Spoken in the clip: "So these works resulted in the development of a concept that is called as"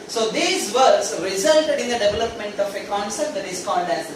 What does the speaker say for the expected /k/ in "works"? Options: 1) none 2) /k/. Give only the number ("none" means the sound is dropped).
1